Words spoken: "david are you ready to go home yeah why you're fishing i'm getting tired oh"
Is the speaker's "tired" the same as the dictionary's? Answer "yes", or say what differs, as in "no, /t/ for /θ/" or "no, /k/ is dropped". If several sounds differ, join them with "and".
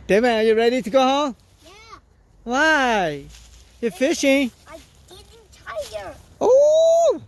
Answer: no, /d/ is dropped